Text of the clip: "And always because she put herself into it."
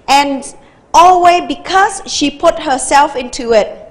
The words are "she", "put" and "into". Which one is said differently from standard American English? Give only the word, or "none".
none